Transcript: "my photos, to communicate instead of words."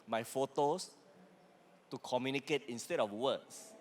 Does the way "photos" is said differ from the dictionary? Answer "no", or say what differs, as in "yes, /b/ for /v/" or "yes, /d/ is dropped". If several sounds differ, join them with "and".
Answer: yes, /s/ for /z/